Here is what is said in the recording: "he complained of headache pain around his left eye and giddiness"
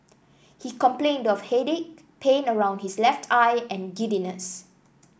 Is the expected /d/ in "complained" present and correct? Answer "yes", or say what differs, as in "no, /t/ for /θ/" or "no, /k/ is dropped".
yes